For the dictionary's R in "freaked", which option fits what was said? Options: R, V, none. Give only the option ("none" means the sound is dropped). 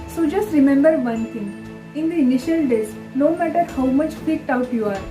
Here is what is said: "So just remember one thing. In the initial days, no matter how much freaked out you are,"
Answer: none